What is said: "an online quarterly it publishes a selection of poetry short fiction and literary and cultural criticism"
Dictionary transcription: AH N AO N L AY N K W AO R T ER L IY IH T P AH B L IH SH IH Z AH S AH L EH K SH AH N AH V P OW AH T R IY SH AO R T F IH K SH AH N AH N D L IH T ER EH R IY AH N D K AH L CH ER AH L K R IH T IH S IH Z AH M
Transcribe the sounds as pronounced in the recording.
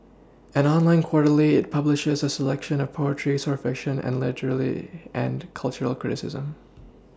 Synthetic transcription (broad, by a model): AH N AO N L AY N K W AO R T L IY IH T P AH B L IH SH IH Z AH S AH L EH K SH AH N AH V P OW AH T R IY S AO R F IH K SH AH N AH N L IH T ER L IY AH N K AH L CH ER L K R IH T IH S IH Z AH M